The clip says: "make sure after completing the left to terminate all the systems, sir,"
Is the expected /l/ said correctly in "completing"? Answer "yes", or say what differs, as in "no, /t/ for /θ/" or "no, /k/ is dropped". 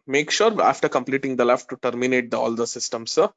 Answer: yes